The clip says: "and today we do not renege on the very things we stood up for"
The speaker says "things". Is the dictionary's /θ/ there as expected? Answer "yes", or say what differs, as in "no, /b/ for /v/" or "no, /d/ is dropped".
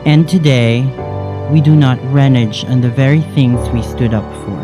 yes